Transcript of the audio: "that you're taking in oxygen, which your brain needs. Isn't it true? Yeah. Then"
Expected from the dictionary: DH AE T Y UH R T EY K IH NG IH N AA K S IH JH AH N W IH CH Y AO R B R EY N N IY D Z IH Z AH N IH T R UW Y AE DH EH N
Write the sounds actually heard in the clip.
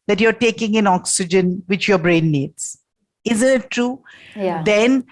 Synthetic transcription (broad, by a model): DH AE T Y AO R T EY K IH NG IH N AA K S IH JH AH N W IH CH Y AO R B R EY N N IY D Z IH Z AH N IH T R UW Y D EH N